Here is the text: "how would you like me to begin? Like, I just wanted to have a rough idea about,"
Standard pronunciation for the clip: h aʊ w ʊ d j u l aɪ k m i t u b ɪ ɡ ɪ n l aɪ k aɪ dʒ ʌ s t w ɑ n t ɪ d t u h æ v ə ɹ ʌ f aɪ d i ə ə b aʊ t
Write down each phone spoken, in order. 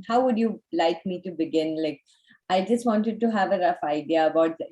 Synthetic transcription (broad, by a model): h aʊ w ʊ d j u l aɪ k m i t u b ɪ ɡ ɪ n l aɪ k aɪ dʒ ʌ s t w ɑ n t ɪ d t u h æ v ə ɹ ʌ f aɪ d i ə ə b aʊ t